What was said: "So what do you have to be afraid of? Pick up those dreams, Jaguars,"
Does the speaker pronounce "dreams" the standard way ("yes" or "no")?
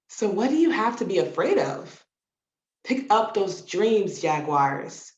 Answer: yes